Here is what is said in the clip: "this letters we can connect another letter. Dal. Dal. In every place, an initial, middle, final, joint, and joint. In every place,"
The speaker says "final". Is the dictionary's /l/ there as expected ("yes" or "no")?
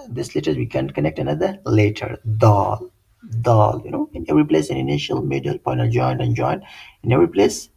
no